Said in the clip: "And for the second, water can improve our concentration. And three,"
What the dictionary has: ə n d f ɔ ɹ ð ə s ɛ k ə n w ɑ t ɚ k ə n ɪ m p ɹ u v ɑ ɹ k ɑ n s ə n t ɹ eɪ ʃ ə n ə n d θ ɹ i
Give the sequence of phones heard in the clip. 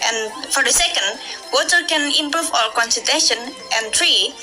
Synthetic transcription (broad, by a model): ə n f ɔ ɹ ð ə s ɛ k ə n w ɑ t ɚ k ə n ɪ m p ɹ u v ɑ l k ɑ n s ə t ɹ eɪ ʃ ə n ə n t ɹ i